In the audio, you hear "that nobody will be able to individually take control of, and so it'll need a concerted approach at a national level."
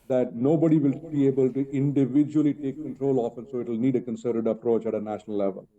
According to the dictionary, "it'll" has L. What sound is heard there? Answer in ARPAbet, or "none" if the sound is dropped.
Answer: L